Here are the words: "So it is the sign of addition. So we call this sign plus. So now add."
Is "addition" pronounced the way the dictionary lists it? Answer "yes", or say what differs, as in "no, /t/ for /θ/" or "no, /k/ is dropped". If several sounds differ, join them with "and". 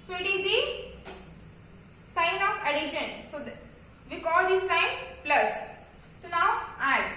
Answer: yes